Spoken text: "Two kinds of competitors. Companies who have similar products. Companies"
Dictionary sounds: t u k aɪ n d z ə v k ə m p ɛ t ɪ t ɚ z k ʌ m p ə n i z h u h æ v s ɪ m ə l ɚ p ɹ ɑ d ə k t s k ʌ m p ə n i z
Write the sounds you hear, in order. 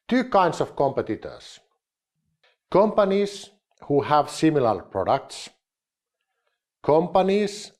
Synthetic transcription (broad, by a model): t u k aɪ n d s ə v k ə m p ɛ t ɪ t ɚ s k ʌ m p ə n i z h u h æ v s ɪ m ə l ɚ p ɹ ɑ d ə k t s k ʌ m p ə n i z